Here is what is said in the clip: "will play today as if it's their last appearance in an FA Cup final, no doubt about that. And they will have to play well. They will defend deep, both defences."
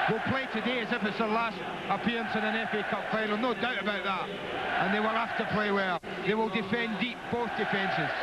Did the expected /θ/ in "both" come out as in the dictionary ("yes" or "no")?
yes